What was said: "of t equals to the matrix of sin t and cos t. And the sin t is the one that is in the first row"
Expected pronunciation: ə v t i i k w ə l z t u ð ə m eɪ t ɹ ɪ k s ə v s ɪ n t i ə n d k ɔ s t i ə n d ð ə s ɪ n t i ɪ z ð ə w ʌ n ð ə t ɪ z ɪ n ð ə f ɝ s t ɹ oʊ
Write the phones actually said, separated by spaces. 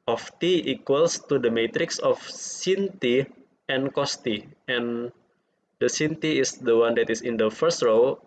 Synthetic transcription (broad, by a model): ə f t i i k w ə l s t u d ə m eɪ t ɹ ɪ k s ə f s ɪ n t i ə n k ɔ s t i ə n d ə s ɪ n t i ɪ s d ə w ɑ n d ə t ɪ s ɪ n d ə f ɝ s t ɹ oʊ